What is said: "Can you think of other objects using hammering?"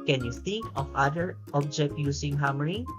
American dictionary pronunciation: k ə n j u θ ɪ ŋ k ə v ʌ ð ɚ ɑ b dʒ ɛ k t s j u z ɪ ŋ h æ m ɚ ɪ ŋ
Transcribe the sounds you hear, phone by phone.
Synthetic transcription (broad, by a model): k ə n j u θ ɪ ŋ k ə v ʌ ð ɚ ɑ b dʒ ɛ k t j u s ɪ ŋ h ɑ m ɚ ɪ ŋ